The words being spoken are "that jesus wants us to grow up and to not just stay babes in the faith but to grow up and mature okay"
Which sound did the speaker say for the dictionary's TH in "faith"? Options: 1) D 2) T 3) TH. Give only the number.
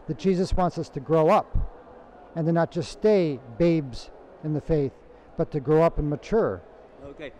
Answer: 3